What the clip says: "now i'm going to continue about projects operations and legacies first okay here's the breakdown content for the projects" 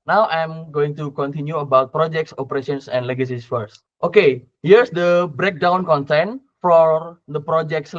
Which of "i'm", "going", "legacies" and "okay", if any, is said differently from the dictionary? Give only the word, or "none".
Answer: legacies